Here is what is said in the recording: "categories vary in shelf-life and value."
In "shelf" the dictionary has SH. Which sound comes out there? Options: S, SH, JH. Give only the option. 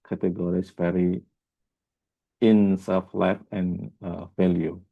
S